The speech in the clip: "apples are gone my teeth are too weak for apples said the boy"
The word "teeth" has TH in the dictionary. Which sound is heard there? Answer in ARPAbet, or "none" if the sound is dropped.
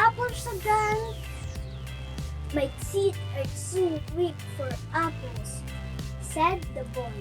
T